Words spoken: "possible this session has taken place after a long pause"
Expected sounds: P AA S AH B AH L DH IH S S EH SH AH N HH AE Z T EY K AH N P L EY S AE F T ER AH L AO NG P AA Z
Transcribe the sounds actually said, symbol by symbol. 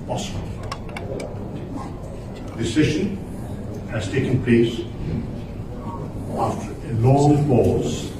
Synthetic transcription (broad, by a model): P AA S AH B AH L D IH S S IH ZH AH N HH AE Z T EY K AH N P L EY S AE F T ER AH N AO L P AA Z